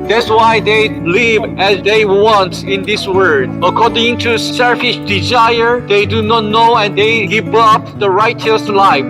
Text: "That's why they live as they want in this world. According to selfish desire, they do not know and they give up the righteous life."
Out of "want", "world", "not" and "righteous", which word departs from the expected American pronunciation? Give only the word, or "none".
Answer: world